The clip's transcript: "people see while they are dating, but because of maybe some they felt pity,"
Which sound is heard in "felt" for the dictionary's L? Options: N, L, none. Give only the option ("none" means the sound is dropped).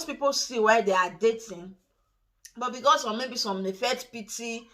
none